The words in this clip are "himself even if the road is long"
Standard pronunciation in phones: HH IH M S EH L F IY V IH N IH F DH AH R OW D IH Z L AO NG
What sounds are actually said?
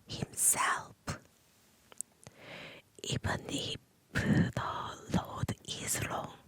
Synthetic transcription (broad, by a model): HH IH M S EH L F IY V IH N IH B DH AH L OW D IH Z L AO NG